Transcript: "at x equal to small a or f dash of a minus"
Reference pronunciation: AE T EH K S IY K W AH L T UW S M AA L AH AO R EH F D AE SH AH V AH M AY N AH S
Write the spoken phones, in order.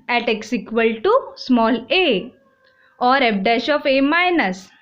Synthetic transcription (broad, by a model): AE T EH K S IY K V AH L T UW S M AA L AH AO R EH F D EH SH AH F AH M AY N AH S